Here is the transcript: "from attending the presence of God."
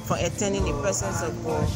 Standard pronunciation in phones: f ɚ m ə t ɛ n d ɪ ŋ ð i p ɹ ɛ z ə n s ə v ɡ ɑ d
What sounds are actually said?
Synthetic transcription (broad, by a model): f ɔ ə t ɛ n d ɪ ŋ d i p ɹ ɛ s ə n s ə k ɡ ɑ